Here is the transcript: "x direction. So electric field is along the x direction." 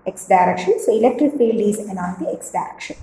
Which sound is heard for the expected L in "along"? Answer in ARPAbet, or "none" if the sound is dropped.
N